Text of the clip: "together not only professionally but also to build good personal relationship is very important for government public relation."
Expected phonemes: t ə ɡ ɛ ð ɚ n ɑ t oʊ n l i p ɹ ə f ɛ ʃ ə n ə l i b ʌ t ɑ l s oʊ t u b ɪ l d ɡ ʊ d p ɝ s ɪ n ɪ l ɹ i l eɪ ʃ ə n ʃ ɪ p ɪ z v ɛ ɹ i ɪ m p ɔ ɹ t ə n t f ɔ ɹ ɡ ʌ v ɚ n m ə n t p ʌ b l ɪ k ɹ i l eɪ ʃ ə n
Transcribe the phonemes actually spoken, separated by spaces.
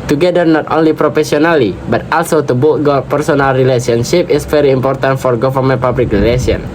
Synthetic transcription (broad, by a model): t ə ɡ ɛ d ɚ n ɑ t oʊ n l i p ɹ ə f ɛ s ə n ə l i b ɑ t ɑ l s oʊ t u b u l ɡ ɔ p ɝ s ɪ n ɪ l ɹ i l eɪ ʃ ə n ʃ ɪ p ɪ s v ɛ ɹ i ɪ m p ɔ ɹ t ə n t f ɔ ɹ ɡ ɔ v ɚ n m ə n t p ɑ b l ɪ k ɹ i l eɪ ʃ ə n